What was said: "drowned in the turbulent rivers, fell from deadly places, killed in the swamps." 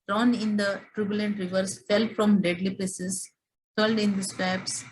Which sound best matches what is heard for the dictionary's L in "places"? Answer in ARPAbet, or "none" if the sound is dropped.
none